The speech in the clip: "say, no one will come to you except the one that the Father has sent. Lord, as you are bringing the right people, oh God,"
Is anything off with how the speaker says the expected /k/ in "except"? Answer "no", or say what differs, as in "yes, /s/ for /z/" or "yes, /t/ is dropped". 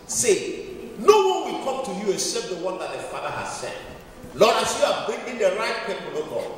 yes, /k/ is dropped